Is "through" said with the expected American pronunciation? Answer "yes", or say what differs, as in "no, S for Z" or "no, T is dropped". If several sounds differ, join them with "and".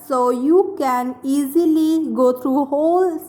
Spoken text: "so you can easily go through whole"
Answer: no, T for TH